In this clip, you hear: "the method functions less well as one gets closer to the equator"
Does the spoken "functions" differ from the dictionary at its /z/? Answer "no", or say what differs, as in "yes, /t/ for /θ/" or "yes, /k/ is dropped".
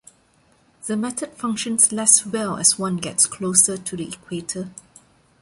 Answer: yes, /s/ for /z/